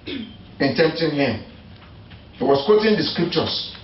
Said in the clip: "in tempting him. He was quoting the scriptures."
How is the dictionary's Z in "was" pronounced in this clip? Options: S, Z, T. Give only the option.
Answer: S